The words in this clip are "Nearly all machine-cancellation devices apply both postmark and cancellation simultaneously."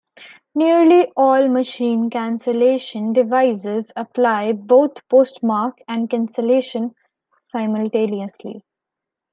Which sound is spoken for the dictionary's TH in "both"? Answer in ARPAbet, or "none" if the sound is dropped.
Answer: T